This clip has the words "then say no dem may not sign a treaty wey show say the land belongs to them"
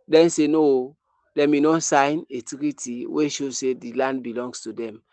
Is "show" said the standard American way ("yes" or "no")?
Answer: yes